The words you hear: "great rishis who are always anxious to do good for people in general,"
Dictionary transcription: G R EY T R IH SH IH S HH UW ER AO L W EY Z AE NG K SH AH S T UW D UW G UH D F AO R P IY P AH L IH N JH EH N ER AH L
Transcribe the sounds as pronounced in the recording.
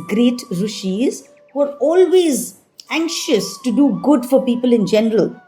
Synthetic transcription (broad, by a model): G R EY T R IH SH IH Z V ER AO L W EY Z AE NG K SH AH S T UW D UW G UH D F AO R P IY P AH L IH N JH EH N ER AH L